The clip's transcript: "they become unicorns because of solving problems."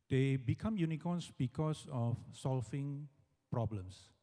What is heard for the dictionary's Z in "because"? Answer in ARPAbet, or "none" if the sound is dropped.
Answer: S